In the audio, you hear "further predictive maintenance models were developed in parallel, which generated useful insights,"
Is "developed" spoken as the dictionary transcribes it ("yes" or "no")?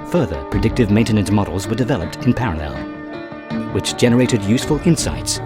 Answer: yes